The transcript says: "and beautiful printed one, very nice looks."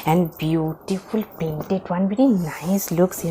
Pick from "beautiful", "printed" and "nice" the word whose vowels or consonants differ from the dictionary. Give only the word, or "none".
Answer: printed